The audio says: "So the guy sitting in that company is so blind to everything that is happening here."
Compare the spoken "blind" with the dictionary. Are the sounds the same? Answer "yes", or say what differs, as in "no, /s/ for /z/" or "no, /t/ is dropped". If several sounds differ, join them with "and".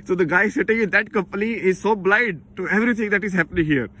no, /n/ is dropped